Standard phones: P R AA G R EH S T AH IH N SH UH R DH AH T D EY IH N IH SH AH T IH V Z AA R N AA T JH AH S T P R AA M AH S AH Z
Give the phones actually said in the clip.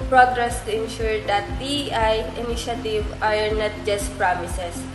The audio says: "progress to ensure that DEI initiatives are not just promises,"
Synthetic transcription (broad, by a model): P R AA G R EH S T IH N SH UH R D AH T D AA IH N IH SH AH T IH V AA R N AA T JH AH S T P R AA M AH S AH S